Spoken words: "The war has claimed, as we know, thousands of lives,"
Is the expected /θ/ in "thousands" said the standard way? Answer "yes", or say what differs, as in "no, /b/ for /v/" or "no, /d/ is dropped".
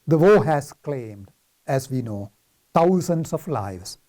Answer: no, /t/ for /θ/